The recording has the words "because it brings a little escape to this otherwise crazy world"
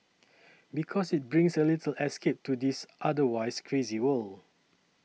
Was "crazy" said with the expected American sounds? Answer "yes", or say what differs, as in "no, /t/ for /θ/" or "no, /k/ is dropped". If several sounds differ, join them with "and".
yes